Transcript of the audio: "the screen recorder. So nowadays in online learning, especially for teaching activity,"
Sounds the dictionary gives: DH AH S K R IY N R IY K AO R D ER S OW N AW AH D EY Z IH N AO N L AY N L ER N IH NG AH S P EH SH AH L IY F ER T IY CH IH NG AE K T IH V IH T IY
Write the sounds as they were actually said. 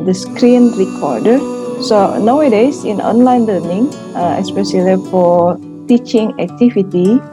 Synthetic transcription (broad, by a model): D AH S K R IY N R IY K AO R D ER S OW N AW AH D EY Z IH N AO N L AY N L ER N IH NG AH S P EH S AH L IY F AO T IY CH IH NG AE K T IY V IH T IY